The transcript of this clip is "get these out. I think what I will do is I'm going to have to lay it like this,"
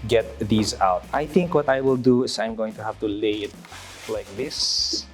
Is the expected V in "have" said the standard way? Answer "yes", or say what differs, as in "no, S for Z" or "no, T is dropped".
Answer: no, F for V